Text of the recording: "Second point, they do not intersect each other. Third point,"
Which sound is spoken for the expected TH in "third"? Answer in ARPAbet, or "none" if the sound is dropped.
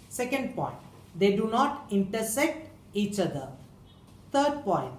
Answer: T